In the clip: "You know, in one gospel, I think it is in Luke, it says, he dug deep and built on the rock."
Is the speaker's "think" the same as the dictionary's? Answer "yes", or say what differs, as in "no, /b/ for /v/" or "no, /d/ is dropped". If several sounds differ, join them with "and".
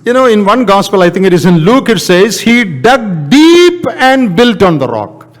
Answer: no, /t/ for /θ/